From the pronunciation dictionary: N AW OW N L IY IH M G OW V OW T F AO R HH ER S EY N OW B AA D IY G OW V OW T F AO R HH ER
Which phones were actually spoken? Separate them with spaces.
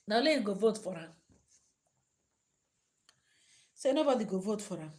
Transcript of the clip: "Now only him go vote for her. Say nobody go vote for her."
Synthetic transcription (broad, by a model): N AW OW L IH G OW V OW T F AO R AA S EY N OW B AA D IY G OW V OW T F AO R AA